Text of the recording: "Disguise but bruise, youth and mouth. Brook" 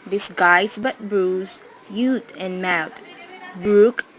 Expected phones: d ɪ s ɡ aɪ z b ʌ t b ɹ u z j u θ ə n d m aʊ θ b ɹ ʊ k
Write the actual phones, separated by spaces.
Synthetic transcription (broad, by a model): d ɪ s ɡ aɪ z b ʌ t b ɹ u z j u t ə n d m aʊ t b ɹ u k